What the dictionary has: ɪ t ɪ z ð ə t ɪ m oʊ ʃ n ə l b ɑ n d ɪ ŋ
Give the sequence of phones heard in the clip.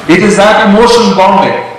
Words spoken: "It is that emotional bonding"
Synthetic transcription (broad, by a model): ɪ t ɪ z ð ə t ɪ m oʊ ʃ ə n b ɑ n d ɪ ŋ